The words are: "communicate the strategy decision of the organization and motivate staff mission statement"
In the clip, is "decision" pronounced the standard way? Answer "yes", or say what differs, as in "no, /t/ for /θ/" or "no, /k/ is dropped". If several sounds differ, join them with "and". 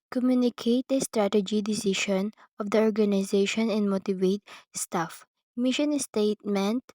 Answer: no, /ʃ/ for /ʒ/